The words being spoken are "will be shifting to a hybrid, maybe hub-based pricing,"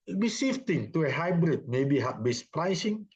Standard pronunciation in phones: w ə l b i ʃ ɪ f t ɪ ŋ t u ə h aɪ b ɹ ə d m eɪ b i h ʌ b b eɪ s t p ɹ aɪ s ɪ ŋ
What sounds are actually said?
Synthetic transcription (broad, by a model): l b i s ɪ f t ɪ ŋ t u ə h aɪ b ɹ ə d m eɪ b i h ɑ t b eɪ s p ɹ aɪ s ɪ ŋ